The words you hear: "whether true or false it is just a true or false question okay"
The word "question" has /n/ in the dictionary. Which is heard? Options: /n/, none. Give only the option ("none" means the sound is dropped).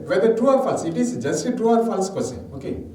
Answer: none